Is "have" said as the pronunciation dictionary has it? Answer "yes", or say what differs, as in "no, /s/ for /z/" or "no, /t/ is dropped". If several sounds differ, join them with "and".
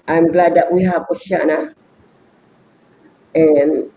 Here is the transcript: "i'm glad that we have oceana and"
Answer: no, /p/ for /v/